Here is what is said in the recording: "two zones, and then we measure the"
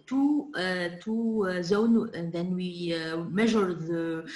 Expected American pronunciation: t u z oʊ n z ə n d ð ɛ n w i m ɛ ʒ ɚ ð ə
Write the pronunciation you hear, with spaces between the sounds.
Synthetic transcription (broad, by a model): t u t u z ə n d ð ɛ n w i m ɛ ʒ ɚ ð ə